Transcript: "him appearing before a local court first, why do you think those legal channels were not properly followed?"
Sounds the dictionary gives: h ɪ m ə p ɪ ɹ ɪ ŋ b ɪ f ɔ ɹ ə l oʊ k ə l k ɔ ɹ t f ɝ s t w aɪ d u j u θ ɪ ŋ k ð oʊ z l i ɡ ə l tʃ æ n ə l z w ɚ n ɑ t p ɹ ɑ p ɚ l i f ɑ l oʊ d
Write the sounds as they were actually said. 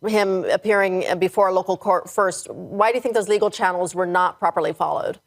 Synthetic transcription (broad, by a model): h ɪ m ə p ɪ ɹ ɪ ŋ b ɪ f ɔ ɹ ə l oʊ k l k ɔ ɹ t f ɝ s t w aɪ d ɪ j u θ ɪ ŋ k ð oʊ z l i ɡ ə l tʃ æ n l z w ɚ n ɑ t p ɹ ɑ p ɚ l i f ɑ l oʊ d